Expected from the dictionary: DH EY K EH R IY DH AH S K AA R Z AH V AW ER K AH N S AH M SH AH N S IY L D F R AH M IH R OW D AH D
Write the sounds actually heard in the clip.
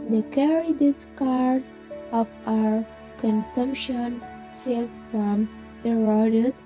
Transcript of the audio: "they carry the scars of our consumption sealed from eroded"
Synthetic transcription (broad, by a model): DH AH K EH R IY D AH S K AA R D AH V AW ER K AH N S AH M SH AH N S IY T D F R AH M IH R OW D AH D